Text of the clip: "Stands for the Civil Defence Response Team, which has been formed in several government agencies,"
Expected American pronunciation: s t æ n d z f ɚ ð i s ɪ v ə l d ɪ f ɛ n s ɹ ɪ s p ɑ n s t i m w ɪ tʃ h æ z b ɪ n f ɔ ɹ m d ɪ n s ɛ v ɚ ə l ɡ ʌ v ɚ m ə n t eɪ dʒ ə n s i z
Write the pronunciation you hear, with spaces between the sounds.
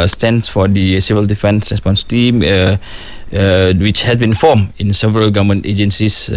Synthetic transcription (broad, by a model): s t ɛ n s f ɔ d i s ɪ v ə l d ɪ f ɛ n s ɹ ɪ s p ɑ n s t i m w ɪ tʃ h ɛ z b ɪ n f ɔ m ɪ n s ɛ v ɚ ə l ɡ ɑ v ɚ m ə n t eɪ dʒ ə n s i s